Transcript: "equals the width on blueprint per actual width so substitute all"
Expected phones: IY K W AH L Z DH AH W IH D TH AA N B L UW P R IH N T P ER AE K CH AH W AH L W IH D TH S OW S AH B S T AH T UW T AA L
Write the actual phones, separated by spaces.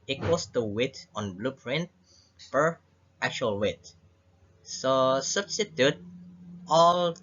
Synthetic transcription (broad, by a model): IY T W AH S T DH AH W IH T AA N B L UW P R IH N T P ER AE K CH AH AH L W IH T S OW S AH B S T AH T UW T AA L